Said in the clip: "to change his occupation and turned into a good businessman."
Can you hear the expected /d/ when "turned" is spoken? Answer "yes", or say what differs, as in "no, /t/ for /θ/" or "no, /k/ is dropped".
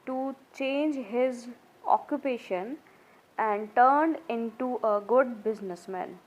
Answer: yes